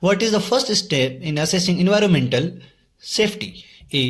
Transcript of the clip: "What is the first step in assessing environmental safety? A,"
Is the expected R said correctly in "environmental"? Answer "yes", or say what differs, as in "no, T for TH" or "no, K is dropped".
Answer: yes